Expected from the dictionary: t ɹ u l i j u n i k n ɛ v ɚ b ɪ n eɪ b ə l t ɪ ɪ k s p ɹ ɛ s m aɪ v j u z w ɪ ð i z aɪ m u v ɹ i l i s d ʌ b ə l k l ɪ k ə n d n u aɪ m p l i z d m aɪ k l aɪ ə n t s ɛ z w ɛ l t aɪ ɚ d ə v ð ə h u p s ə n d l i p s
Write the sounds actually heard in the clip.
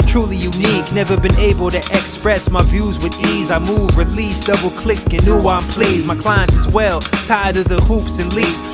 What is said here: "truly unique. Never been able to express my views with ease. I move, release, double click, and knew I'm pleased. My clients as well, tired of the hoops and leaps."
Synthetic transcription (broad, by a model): t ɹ u l i j u n i k n ɛ v ɚ b ɪ n eɪ b ə l t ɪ ɪ k s p ɹ ɛ s m aɪ v j u z w ɪ ð i z aɪ m u v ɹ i l i s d ʌ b l k l ɪ k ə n n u aɪ m p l i z m aɪ k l aɪ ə n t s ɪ z w ɛ l t aɪ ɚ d ə v ð ə h u p s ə n l i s